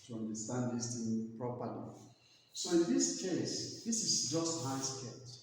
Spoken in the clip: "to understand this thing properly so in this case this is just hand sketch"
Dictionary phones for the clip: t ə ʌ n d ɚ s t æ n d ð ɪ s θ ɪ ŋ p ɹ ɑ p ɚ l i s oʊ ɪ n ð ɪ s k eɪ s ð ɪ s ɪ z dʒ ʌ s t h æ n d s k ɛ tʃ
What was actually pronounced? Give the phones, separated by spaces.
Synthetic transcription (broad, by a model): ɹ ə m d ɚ s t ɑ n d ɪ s t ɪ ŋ p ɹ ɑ p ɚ l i s oʊ ɪ n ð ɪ s k eɪ s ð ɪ s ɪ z dʒ ʌ s t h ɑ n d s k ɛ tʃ